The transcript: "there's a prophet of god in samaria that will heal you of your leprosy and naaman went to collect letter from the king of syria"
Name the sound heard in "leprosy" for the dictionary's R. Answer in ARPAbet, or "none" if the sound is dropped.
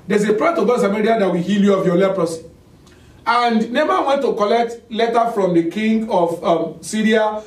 R